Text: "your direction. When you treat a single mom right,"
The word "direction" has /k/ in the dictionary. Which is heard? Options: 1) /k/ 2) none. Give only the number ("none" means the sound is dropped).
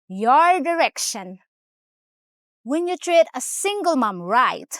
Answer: 1